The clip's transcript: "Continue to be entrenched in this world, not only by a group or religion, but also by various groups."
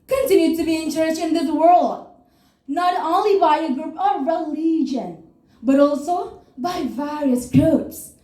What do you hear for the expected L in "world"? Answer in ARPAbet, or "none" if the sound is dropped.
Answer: L